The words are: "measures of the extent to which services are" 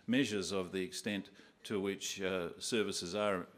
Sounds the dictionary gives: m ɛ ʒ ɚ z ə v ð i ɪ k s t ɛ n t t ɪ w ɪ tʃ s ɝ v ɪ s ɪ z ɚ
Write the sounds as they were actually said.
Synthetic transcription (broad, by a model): m ɛ ʒ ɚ z ə v ð i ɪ k s t ɛ n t t ɪ w ɪ tʃ s ɝ v ɪ s ɪ z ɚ